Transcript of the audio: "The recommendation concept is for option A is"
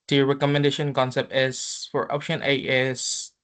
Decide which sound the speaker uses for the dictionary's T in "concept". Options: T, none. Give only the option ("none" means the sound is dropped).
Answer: T